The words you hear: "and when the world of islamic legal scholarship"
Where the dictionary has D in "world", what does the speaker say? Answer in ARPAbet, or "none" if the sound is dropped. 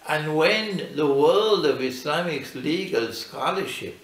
D